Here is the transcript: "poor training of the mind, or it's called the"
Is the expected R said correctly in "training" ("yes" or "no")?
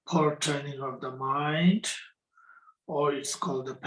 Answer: no